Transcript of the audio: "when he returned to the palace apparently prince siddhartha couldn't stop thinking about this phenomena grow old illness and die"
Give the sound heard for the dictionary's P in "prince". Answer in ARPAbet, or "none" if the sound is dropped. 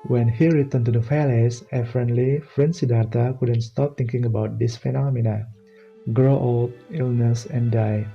F